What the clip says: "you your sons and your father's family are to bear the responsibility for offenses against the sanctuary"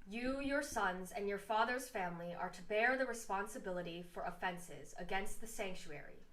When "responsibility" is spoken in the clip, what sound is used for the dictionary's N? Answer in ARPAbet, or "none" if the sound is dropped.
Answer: N